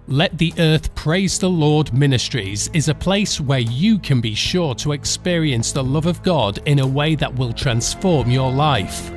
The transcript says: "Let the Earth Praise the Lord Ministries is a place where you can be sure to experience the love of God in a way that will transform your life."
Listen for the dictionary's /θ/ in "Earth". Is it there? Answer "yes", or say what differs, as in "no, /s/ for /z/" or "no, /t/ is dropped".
yes